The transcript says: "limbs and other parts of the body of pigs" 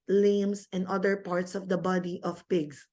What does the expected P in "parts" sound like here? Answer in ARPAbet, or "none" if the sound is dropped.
P